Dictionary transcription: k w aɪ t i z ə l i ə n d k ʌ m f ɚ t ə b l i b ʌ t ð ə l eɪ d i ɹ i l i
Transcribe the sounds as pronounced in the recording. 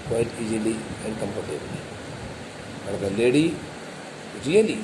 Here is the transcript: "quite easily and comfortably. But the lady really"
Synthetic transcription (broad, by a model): k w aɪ t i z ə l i ə n d k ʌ m p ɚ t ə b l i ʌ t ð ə l eɪ d i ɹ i l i